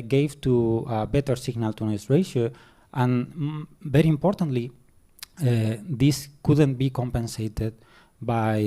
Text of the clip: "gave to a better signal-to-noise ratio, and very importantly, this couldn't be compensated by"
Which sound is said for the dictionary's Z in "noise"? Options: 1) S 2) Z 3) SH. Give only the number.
1